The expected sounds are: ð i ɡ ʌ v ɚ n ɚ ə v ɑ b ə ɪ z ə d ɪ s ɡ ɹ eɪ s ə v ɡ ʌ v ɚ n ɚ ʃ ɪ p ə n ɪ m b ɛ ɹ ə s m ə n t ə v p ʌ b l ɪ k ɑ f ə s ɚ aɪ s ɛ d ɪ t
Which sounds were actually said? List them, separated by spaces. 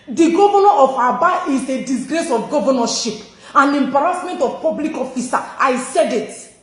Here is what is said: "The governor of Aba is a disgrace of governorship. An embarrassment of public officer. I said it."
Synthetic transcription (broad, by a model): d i ɡ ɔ v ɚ n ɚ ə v ɑ b ə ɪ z ə d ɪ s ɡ ɹ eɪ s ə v ɡ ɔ v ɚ n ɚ ʃ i p ə n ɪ m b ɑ ɹ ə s m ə n t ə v p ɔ b l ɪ k ɑ f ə s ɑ aɪ s ɛ d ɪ t